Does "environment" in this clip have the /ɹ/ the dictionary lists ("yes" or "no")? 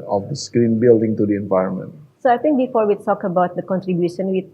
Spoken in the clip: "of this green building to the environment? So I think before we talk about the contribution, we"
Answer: yes